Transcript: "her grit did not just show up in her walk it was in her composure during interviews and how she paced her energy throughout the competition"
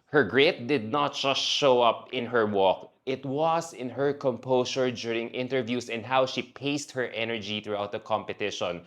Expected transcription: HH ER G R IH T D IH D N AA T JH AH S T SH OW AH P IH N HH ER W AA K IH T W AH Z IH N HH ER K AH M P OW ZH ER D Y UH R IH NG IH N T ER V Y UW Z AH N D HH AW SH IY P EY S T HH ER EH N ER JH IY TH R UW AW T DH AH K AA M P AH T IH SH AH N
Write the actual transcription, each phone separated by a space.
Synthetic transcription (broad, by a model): HH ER G R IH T D IH D N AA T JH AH S T SH OW AH P IH N HH ER W AA K IH T W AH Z IH N HH ER K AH M P OW S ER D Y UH R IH NG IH N T ER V Y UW S AH N D HH AW SH IY P EY S T HH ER EH N ER JH IY TH R UW AW T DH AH K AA M P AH T IH SH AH N